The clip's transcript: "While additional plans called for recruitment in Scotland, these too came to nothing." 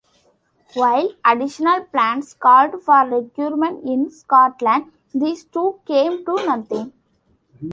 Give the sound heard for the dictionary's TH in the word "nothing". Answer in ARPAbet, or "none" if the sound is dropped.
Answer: T